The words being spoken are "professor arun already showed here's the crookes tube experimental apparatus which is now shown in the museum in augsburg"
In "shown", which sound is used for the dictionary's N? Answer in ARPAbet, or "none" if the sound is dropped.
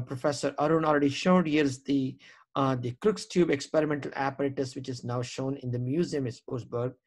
N